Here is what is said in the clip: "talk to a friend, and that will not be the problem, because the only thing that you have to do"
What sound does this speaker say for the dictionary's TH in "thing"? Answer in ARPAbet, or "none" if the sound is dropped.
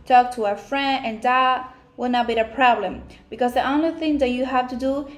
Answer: TH